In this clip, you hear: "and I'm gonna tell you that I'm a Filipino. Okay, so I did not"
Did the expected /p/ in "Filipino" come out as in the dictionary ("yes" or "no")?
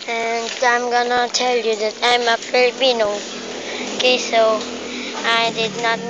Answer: no